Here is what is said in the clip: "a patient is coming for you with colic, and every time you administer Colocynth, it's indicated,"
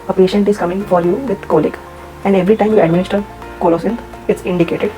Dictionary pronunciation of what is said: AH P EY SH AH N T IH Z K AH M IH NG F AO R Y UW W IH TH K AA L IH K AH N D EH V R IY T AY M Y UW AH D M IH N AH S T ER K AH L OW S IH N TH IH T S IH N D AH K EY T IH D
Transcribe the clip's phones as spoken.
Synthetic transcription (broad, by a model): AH P EY SH AH N T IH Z K AH M IH NG F AO R Y UW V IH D K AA L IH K AH N D EH V R IY T AY M Y UW AH D M IH N AH S T ER K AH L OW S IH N T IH T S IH N D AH K EY T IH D